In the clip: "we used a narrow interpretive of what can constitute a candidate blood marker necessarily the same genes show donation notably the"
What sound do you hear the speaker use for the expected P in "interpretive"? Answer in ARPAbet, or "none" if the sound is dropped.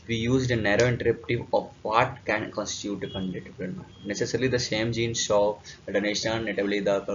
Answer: none